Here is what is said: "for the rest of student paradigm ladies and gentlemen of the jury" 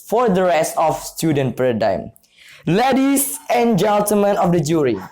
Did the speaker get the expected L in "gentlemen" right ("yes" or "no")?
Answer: no